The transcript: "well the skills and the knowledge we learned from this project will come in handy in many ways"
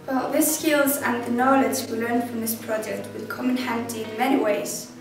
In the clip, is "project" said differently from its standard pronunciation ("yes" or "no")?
no